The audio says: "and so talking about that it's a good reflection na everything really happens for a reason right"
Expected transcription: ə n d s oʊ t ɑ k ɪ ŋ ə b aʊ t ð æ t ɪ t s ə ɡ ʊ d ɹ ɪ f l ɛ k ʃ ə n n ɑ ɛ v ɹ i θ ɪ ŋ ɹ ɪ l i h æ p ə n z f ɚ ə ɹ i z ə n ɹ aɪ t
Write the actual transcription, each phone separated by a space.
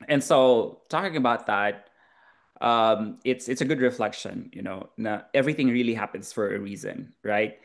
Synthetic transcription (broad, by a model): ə n s oʊ t ɑ k ɪ ŋ ə b aʊ t ð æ t ɪ t s ə ɡ ʊ d ɹ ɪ f l ɛ k ʃ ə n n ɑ ɛ v ɹ i θ ɪ ŋ ɹ ɪ l i h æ p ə n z f ɚ ə ɹ i z ə n ɹ aɪ t